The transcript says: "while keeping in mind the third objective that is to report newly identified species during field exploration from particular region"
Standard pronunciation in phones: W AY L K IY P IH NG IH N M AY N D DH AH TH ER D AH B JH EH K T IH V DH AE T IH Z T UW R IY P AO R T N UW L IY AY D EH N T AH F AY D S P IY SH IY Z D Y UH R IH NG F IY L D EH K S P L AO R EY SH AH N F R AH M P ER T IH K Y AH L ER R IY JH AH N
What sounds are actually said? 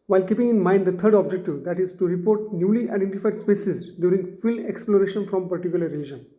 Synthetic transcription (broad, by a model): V AY L K IY P IH NG IH N M AY N D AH T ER D AH B JH EH K T IH V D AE T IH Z T UW R IY P AO R T N UW L IY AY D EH N T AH F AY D S P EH S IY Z D Y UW R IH NG F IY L EH K S P L AO R EY SH AH N F R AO M P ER T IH K Y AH L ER R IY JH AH N